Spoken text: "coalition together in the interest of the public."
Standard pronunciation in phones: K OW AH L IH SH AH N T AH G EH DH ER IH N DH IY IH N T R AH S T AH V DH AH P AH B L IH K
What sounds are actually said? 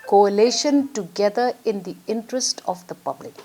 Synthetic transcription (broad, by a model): K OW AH L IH SH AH N T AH G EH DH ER IH N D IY IH N T R AH S T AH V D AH P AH B L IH K